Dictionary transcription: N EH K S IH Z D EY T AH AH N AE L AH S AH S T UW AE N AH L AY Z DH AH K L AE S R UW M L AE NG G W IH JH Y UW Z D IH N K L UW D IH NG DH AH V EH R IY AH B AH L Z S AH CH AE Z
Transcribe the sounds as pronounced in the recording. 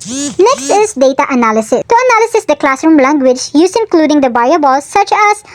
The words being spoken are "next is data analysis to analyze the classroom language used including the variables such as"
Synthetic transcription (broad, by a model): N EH K S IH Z D EY T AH AH N AE L AH S AH S T UW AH N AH L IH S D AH K L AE S R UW M L AE NG G W IH JH Y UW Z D IH N K L UW D IH NG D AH B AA IY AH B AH L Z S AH CH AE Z